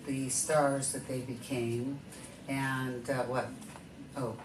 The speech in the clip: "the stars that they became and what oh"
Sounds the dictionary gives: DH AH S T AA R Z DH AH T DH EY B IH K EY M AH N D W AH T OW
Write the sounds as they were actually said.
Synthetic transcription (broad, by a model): DH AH S T AA R Z DH AH T DH EY B IH K EY M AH N W AH T OW